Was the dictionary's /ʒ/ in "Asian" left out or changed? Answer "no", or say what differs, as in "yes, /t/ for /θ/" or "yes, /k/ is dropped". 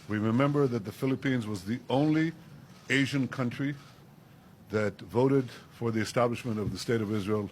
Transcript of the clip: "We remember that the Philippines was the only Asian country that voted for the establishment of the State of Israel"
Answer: no